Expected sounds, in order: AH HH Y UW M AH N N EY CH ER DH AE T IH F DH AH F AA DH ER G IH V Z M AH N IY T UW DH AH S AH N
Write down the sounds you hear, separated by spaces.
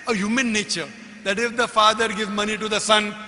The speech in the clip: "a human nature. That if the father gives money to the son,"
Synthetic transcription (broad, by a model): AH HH Y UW M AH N N EY CH ER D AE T IH F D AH F AA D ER G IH V M AH N IY T UW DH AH S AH N